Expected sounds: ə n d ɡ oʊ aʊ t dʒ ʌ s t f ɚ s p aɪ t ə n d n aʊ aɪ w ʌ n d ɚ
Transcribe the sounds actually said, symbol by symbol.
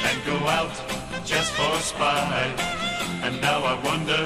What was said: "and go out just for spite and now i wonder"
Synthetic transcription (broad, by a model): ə n ɡ oʊ aʊ t dʒ ʌ s t f ɚ s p aɪ ə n n aʊ aɪ w ʌ n d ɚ